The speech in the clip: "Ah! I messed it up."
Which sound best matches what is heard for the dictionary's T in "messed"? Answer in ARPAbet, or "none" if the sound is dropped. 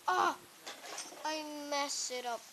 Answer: none